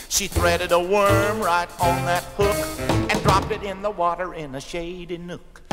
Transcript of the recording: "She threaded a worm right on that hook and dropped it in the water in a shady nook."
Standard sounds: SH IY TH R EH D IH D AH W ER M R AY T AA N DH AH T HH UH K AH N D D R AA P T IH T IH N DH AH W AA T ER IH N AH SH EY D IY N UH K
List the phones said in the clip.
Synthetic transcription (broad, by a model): SH IY TH R EH D IH D AH W ER M R AY T N DH AH T HH UH K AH N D D R AA P T IH T IH N DH AH W AA T ER IH N AH SH EY D IY N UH K